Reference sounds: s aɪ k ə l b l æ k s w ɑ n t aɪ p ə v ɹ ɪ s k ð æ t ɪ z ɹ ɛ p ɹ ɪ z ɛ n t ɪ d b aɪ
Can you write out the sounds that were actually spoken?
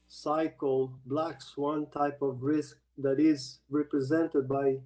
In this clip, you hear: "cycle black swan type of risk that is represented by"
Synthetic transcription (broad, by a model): s aɪ k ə l b l æ k s w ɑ n t aɪ p ə v ɹ ɪ s k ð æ t ɪ z ɹ ɛ p ɹ ɪ z ɛ n t ɪ d b aɪ